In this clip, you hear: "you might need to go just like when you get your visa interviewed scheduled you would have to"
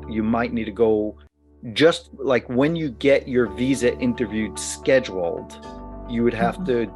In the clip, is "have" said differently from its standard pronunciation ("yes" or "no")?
yes